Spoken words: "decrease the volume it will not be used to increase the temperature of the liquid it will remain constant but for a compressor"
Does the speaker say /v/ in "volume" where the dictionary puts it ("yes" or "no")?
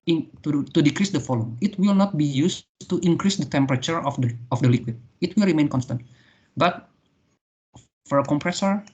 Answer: no